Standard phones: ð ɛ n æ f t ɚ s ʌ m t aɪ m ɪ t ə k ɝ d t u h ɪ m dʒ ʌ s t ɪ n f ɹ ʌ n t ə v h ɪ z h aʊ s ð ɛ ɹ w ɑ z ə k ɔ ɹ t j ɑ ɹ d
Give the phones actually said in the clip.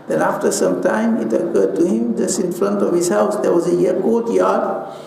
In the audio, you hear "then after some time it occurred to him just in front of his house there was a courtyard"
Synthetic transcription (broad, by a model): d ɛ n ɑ f t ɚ s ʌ m t aɪ m ɪ t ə k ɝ d t u h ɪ m dʒ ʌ s ɪ n f ɹ ʌ n t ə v h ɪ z h aʊ s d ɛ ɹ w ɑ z ə k ɔ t j ɑ d